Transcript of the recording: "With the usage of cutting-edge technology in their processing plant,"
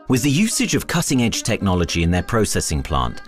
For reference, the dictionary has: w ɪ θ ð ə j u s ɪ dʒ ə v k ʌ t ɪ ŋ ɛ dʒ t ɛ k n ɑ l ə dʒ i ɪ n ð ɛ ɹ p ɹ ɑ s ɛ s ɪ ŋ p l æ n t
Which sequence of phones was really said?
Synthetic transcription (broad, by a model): w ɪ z ð ə j u s ɪ dʒ ə v k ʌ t ɪ ŋ ɛ dʒ t ɛ k n ɑ l ə dʒ i ɪ n ð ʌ p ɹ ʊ s ɛ s ɪ ŋ p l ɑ n t